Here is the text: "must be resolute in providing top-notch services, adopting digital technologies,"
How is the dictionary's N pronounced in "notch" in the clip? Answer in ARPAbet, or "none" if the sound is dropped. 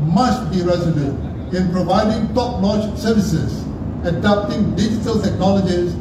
L